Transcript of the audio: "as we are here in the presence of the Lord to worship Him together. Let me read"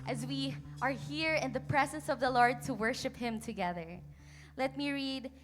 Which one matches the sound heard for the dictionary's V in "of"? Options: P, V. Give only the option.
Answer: V